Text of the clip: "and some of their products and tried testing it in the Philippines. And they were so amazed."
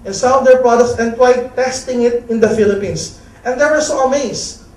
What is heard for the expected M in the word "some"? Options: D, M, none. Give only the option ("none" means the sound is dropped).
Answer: none